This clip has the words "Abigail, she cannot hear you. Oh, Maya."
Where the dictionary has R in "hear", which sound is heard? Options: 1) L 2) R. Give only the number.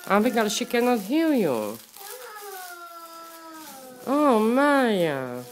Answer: 1